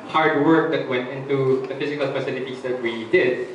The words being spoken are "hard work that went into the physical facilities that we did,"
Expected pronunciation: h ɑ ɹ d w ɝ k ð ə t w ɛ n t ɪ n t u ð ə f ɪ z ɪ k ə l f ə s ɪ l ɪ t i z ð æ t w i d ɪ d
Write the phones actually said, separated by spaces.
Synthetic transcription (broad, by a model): h ɑ ɹ d w ɝ k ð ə t w ɛ n t ɪ n t u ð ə f ɪ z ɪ k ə l p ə s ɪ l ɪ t i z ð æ t w i d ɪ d